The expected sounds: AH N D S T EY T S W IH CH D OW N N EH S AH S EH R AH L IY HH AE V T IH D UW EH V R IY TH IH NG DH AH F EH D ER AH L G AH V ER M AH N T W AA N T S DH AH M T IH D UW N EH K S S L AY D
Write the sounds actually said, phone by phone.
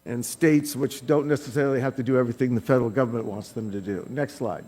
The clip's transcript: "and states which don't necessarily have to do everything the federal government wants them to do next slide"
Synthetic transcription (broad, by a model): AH N S T EY T S W IH CH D OW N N EH S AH S EH R L IY HH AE F T IH D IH EH V R IY TH IH NG DH AH F EH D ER L G AH V ER M AH N T W AA N T S DH AH M T IH D UW N EH K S S L AY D